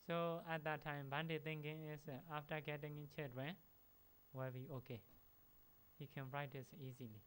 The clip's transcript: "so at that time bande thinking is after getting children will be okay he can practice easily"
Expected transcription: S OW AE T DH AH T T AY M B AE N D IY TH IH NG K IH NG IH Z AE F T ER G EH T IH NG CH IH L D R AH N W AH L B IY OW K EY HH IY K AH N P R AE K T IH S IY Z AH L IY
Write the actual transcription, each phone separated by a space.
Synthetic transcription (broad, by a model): S OW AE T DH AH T T AY M B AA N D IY T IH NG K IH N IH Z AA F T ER G EH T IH NG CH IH D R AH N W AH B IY OW K EY HH IY K AH N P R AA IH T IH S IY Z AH L IY